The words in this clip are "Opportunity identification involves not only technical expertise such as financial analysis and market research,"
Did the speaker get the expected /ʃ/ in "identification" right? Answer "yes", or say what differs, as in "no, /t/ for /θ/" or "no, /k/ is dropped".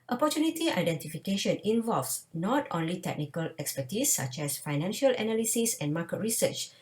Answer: yes